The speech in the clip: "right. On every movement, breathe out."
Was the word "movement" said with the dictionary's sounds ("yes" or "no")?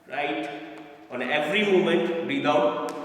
no